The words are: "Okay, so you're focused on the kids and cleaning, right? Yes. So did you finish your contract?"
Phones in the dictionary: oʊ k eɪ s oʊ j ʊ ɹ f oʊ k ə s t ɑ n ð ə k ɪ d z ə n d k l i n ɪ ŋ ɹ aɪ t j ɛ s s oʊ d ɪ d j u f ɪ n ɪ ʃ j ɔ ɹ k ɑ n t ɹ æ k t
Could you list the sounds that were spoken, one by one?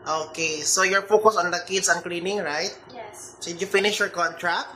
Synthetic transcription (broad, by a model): oʊ k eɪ s oʊ j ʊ ɹ f oʊ k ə s ɑ n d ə k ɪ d s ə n k l i n ɪ ŋ ɹ aɪ t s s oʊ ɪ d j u f ɪ n ɪ ʃ j ɔ ɹ k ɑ n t ɹ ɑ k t